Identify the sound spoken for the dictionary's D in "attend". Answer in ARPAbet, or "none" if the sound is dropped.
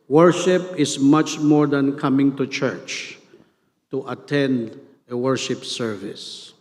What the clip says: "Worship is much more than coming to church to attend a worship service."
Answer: D